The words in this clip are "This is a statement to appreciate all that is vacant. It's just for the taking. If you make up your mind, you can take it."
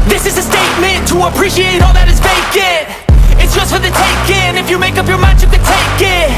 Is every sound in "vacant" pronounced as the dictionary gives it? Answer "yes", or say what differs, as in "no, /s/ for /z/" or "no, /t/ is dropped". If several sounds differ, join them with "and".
no, /b/ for /v/ and /t/ is dropped